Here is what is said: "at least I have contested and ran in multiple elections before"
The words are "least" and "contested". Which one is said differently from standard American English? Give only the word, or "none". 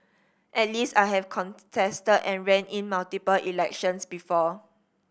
none